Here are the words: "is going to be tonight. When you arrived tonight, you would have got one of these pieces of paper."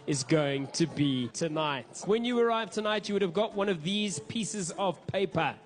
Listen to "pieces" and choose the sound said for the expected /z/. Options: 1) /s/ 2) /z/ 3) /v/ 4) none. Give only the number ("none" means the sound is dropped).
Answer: 2